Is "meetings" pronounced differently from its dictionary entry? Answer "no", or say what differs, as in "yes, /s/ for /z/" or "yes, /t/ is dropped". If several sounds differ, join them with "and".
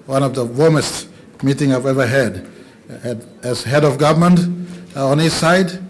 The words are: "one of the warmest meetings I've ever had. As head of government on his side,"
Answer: yes, /z/ is dropped